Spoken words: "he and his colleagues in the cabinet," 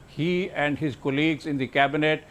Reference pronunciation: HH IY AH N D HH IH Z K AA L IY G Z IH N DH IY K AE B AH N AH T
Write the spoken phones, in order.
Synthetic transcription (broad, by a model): HH IY AH N D HH IH Z K AA L IY G Z IH N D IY K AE B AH N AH T